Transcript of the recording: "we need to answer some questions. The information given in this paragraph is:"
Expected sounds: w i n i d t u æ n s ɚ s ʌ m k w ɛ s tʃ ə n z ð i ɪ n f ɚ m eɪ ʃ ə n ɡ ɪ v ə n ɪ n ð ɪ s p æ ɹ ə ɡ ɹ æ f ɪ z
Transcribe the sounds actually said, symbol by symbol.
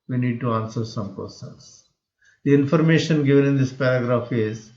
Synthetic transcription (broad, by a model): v i n i d t u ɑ n s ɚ s ʌ m k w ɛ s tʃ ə n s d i ɪ n f ɚ m eɪ ʃ ə n ɡ ɪ v ə n ɪ n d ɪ s p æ ɹ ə ɡ ɹ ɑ f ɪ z